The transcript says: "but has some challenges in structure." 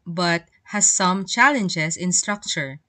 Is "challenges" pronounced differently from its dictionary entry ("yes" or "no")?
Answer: yes